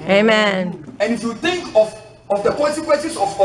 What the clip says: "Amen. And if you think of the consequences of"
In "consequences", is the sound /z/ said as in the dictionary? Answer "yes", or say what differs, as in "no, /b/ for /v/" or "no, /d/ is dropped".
no, /s/ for /z/